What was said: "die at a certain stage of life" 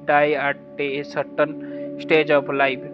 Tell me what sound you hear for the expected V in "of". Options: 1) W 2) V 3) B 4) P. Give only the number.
4